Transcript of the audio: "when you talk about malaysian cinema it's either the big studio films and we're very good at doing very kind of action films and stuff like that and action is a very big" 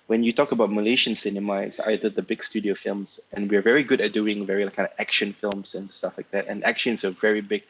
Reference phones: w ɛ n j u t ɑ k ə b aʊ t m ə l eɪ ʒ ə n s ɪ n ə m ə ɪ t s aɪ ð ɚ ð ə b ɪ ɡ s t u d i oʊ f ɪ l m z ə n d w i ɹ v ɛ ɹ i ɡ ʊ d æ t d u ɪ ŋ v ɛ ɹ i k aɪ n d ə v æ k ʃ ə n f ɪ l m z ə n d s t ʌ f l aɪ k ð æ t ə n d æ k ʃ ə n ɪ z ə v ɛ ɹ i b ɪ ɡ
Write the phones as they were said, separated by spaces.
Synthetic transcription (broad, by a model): w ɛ n j u t ɑ k ə b aʊ t m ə l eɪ ʃ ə n s ɪ n ə m ə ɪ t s aɪ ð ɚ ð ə b ɪ ɡ s t u d i oʊ f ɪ l m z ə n w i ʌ v ɛ ɹ i ɡ ʊ d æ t d u ɪ ŋ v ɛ ɹ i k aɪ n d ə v æ k ʃ ə n f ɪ l m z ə n s t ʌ f l aɪ k ð æ t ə n æ k ʃ ə n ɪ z ə v ɛ ɹ i b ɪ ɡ